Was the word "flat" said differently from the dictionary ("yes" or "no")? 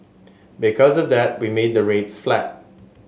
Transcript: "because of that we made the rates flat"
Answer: no